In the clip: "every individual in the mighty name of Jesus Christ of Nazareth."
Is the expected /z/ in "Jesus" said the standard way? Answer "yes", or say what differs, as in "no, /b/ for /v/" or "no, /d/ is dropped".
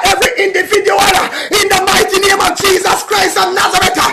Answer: yes